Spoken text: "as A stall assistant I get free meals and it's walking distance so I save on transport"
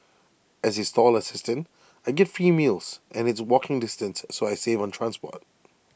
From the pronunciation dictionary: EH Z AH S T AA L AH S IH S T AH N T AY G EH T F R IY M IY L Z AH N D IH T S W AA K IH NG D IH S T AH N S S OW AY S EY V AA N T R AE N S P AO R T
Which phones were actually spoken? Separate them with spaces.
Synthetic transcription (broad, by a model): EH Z AH S T AA L AH S IH S T AH N T AY G EH T F R IY M IY L Z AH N IH T S W AA K IH NG D IH S T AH N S S OW AY S EY V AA N T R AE N S P AO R T